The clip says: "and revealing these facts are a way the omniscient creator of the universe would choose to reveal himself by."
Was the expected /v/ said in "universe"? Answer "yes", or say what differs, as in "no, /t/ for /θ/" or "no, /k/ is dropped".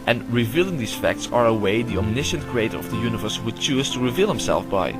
yes